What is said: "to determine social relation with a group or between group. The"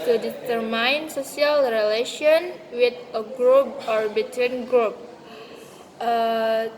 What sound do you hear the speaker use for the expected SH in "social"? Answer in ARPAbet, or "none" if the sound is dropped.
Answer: S